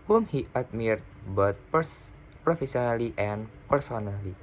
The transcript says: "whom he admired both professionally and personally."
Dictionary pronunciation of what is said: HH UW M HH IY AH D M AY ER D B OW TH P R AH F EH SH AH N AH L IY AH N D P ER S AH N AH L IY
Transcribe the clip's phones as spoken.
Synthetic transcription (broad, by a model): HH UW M HH IY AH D M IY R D B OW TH P R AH F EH S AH N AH L IY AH N P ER S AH N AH L IY